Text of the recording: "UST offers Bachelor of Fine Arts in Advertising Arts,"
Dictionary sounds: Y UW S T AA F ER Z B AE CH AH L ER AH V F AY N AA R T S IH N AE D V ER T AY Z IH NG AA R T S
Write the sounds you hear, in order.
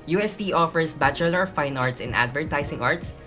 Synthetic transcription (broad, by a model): Y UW S T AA F ER S B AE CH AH L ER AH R F AY N AA R T S IH N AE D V ER T AY S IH NG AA R T S